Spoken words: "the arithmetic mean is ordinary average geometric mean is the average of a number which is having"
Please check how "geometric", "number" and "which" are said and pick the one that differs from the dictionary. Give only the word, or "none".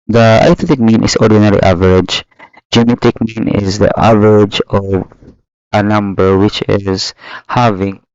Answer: geometric